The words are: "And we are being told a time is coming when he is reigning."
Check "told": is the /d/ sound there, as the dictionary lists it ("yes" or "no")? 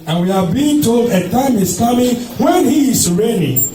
yes